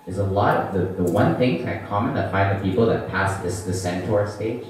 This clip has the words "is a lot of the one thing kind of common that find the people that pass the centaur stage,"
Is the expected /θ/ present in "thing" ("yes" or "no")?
yes